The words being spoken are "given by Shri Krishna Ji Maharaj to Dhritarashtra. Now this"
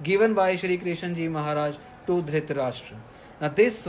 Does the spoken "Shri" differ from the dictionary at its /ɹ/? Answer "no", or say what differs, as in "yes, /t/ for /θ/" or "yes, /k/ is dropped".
no